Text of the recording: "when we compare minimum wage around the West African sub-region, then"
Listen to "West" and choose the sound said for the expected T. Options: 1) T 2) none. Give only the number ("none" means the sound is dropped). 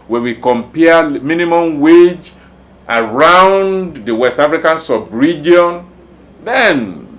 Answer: 1